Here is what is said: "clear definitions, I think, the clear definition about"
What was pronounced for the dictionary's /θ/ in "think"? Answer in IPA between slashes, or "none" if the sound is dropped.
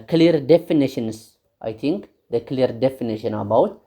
/t/